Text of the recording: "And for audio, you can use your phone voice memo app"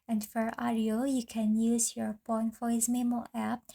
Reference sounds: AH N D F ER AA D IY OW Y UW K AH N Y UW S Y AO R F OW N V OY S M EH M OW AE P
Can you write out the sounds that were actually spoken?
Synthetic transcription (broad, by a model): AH N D F ER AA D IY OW Y UW K AH N Y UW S Y AO R P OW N F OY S M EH M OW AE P